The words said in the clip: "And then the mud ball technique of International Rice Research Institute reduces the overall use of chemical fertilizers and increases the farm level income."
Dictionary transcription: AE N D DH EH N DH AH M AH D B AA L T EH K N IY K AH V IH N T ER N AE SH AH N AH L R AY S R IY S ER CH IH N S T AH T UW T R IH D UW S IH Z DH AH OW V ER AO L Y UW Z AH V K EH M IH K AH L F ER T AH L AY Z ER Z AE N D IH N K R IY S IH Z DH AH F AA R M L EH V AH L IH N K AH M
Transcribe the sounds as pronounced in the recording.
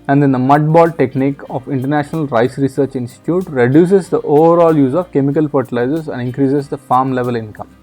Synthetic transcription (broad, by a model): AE N D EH N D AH M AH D B AA L T EH K N IY K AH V IH N T ER N AE SH AH N AH L R AY S R IY S ER CH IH N S T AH T UW T R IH D UW S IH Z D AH OW V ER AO L Y UW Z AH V K EH M IH K AH L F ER T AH L AY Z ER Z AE N D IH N K R IY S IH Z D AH F AA R M L EH V AH L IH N K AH M